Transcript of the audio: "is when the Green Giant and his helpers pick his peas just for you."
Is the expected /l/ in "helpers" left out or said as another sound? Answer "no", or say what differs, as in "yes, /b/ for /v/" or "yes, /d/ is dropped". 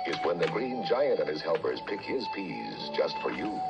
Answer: no